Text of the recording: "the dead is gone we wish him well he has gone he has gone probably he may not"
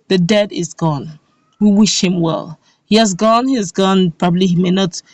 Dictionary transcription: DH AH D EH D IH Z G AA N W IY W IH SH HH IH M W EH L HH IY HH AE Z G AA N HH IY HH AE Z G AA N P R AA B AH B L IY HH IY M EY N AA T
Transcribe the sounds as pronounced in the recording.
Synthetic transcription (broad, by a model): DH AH D EH D IH Z G AA N W IY W IH SH HH IH M W EH L HH IY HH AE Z G AA N HH IY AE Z G AA N P R AA B AH B L IY HH IY M EY N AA T